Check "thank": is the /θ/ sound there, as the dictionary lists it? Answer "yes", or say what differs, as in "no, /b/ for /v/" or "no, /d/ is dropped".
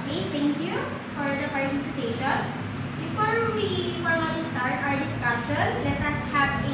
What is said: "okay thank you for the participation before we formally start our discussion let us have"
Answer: no, /t/ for /θ/